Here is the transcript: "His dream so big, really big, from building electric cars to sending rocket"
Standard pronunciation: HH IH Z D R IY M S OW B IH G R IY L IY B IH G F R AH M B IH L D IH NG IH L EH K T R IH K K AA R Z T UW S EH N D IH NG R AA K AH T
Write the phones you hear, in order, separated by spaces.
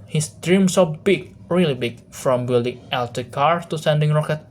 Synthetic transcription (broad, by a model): HH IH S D R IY M S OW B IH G R IY L IY B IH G F R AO M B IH L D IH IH L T IH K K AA R S T UW S EH N D IH NG R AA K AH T